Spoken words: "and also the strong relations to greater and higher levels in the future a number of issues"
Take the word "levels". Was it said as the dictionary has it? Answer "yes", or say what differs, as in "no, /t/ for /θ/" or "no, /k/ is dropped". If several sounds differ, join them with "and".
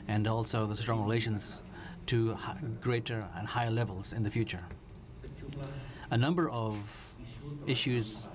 yes